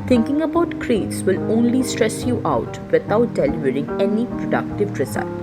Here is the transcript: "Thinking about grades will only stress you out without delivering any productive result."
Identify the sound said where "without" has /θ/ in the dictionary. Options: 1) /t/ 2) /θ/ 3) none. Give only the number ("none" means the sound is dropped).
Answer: 1